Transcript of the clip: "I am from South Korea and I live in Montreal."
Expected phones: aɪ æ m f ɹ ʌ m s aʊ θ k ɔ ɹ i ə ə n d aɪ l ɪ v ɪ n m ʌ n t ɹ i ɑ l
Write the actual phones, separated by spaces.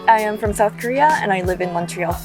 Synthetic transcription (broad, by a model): aɪ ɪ m f ɹ ʌ m s aʊ θ k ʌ ɹ i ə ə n aɪ l ɪ v ɪ n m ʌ n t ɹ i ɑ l